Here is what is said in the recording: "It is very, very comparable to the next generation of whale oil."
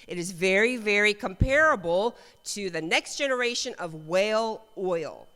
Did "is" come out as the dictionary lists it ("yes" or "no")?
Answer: yes